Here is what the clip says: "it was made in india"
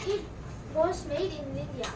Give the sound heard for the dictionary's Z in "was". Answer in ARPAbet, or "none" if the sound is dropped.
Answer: S